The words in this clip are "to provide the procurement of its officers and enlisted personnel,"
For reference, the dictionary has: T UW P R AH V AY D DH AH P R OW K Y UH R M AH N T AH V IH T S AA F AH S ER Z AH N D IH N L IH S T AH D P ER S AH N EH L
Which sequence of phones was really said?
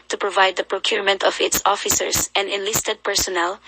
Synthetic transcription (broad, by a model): T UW P R AH V AY D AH P R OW K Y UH R M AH N T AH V IH T S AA F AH S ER S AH N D IH N L IH S T AH D P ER S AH N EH L